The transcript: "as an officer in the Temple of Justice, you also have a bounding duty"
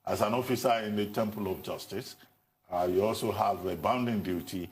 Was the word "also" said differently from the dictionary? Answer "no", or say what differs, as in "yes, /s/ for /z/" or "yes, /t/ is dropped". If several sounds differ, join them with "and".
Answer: no